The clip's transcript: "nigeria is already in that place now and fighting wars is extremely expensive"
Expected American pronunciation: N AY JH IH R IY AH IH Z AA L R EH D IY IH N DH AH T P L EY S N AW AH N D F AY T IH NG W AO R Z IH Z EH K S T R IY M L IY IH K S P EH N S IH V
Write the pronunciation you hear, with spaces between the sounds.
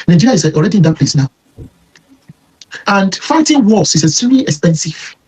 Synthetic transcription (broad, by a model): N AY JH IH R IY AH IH AA L R EH D IY IH N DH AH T P L EY S N AW AH N D F AY T IH NG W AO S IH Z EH S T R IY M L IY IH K S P EH N S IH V